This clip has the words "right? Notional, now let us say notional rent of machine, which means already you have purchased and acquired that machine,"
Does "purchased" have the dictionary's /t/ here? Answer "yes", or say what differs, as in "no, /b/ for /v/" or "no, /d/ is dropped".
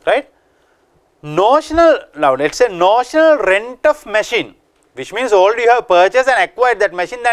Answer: no, /t/ is dropped